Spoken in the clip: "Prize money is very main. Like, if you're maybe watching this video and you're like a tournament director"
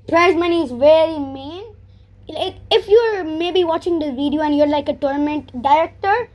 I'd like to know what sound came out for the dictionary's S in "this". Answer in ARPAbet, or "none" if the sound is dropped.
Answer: none